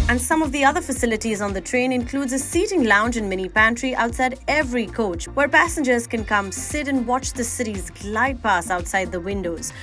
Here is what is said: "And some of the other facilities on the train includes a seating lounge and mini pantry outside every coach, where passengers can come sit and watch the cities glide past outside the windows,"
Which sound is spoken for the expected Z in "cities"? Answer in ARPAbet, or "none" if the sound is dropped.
Z